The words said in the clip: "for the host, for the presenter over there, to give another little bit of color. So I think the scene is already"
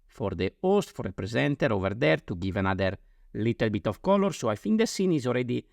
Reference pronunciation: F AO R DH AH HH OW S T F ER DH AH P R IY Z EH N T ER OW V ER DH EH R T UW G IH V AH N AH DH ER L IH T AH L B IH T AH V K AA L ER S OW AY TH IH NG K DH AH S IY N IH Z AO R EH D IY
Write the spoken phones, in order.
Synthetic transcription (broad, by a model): F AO R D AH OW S T F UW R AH P R IY Z EH N T ER OW V ER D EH R T UW G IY V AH N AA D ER L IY T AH L B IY T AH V K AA L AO S OW AY F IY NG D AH S IY N IH Z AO R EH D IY